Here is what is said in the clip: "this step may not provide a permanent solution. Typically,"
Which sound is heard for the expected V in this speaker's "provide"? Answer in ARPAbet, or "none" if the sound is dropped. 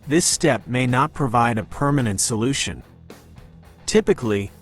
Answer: V